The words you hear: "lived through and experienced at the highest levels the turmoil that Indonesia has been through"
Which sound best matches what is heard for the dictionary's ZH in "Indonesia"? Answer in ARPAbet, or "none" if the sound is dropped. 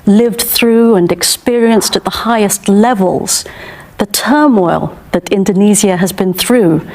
Z